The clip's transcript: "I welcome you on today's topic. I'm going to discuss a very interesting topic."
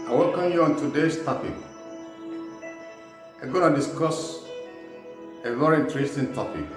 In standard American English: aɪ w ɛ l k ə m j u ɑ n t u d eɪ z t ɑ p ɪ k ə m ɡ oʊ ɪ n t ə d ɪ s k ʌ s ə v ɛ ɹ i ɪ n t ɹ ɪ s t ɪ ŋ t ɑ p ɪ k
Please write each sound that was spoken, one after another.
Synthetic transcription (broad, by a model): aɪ w ɛ l k ə m j u ɑ n t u d eɪ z t ɑ p ɪ k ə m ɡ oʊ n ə d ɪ s k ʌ s ə v ɛ ɹ i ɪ n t ɹ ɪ s t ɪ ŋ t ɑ p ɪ k